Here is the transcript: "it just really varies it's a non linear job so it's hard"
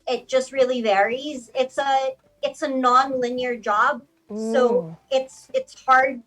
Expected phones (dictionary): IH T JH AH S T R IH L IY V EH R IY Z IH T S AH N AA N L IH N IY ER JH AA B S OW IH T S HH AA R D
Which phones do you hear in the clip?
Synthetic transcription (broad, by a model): IH T JH AH S T R IH L IY V EH R IY Z IH T S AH N AA N L IH N IY ER JH AA B S OW IH T S HH AA R D